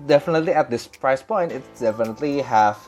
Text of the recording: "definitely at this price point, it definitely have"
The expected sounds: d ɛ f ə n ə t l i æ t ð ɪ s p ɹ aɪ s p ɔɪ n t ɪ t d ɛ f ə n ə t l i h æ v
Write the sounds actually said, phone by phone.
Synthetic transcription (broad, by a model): d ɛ f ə n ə t l i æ t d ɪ s p ɹ aɪ s p ɔɪ n t ɪ t d ɛ f ə n ə t l i h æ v